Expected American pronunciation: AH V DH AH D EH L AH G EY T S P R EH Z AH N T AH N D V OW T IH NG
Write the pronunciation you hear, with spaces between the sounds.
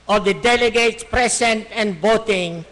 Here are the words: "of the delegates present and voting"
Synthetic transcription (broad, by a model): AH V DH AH D EH L AH G EY T S P R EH S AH N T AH N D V OW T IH NG